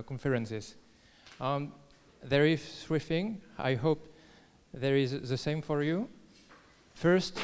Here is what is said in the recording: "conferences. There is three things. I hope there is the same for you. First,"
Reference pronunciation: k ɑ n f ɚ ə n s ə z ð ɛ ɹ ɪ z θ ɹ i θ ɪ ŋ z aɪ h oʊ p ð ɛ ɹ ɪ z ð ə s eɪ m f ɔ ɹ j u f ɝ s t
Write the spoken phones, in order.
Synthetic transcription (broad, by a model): k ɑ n f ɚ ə n s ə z ð ɛ ɹ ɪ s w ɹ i f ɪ ŋ aɪ h oʊ p ð ɛ ɹ ɪ z ð ə s eɪ m f ɔ ɹ j u f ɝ s t